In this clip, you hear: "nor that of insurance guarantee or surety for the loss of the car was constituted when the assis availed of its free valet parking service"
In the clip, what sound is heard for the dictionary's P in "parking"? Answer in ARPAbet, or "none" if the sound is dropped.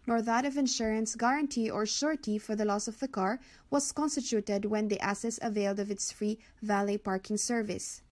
P